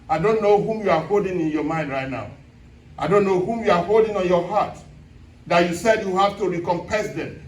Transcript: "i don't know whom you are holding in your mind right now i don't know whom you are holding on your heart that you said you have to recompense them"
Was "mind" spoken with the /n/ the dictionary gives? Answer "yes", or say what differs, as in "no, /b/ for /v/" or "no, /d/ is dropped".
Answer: yes